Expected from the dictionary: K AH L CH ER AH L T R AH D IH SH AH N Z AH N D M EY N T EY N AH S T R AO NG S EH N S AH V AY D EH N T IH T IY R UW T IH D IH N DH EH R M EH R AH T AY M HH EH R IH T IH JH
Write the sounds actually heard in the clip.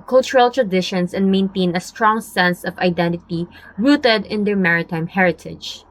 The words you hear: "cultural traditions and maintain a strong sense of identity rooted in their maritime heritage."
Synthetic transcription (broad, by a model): K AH L CH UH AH L T R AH D IH SH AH N S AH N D M EY N T EY N AH S T R AO NG S EH N S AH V AY D EH N T IH T IY R UW T IH D IH N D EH R M EH R AH T AY M HH EH R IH T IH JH